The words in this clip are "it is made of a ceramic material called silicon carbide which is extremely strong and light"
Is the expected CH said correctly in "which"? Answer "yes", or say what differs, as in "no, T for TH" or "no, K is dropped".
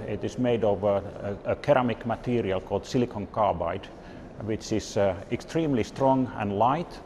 yes